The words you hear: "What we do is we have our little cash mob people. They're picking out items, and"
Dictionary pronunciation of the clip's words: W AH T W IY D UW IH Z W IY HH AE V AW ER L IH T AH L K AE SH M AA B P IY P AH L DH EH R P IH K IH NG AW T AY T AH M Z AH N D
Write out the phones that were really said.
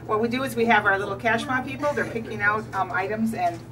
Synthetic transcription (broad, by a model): W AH T W IY D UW IH Z W IY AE V AW ER L IH T L K AE SH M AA P IY P L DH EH R P IH K IH NG AW T AY T AH M Z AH N